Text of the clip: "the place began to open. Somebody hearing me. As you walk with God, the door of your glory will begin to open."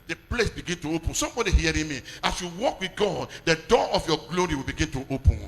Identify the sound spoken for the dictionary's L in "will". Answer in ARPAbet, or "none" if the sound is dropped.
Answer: L